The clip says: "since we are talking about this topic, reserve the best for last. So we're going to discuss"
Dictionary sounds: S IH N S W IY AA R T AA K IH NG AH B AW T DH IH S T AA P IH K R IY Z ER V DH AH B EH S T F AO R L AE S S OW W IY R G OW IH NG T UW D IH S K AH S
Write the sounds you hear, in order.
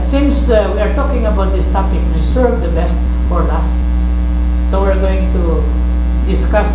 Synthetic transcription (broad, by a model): S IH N S W IY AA R T AA K IH NG AH B AW T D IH S T AA P IH K W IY S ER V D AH B EH S T F AO R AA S S OW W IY R G OW IH NG T UW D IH S K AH S